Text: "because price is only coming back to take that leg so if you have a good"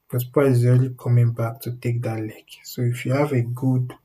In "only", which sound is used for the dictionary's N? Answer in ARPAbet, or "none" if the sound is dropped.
none